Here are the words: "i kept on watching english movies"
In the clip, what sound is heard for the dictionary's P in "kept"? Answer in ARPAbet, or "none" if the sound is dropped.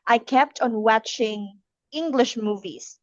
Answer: P